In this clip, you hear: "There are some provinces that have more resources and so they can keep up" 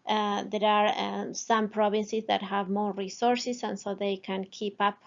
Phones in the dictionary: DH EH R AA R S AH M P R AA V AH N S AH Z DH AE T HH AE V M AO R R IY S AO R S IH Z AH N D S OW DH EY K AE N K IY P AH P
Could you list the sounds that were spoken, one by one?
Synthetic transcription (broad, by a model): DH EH R AA R S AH M P R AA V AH N S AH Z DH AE T HH AE V M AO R R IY S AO R S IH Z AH N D S OW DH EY K AE N K IY P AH P